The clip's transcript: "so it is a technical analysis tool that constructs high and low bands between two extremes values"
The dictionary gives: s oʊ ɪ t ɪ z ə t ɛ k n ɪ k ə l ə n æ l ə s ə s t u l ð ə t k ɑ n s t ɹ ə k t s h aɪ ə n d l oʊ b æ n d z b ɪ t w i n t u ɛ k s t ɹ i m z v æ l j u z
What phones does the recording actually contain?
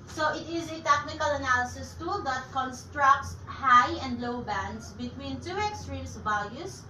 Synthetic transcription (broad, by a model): s oʊ ɪ t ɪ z ə t ɛ k n ɪ k ə l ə n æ l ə s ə s t u l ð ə t k ɑ n s t ɹ ə k t s h aɪ ə n d l oʊ b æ n d s b ɪ t w i n t u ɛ k s t ɹ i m s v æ l j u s